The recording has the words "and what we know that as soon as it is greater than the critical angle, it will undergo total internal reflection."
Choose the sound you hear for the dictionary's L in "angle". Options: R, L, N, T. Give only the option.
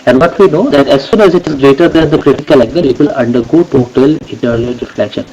N